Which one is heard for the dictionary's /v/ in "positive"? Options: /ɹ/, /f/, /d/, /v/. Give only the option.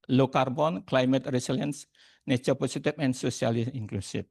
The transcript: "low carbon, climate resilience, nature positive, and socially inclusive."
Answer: /f/